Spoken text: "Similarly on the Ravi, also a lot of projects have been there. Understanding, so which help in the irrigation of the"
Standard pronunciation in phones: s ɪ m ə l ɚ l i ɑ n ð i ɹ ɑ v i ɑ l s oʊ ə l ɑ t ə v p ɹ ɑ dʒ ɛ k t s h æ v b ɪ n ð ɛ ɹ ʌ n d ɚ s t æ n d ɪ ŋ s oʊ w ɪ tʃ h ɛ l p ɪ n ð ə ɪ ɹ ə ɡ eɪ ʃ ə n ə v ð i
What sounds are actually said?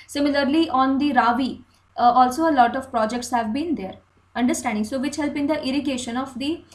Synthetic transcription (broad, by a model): s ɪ m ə l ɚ l i ɑ n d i ɹ ɑ v i ɑ l s oʊ ə l ɑ t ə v p ɹ ɑ dʒ ɛ k t s h æ v b ɪ n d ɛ ɹ ʌ n d ɚ s t æ n d ɪ ŋ s oʊ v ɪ tʃ h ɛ l b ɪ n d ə ɪ ɹ ə ɡ eɪ ʃ ə n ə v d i